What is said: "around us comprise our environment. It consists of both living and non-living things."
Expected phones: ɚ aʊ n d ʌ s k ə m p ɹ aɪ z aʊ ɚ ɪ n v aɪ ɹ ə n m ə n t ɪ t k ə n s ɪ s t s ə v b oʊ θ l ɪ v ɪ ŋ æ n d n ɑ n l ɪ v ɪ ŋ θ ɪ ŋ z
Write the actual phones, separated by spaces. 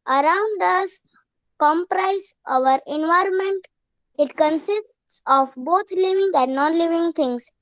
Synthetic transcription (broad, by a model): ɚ aʊ n d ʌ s k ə m p ɹ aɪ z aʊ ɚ ɪ n v aɪ ɹ ə n m ə n t ɪ t k ə n s ɪ s t s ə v b oʊ t l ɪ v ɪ ŋ æ n d n ɑ n l ɪ v ɪ ŋ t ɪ ŋ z